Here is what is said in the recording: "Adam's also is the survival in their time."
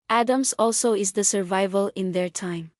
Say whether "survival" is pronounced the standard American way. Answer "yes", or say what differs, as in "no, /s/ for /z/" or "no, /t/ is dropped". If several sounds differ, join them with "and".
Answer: yes